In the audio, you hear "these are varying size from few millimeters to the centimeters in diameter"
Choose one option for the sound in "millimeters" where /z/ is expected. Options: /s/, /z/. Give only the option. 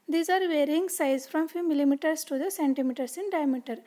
/s/